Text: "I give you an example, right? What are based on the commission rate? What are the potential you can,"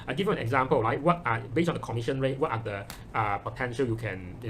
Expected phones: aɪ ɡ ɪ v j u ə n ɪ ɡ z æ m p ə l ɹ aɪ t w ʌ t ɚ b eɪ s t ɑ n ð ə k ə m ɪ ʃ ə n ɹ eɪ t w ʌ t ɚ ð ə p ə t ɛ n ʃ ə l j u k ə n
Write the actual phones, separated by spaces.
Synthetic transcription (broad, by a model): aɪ ɡ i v j u ə n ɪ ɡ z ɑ m p ə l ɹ aɪ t w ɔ t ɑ b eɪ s ɑ n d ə k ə m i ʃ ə n ɹ eɪ t w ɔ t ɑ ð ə p ə t ɛ n ʃ ə l j u k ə n